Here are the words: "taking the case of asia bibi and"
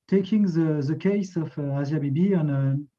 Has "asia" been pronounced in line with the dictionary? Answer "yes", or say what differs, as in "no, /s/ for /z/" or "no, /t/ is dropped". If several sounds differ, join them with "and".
no, /z/ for /ʒ/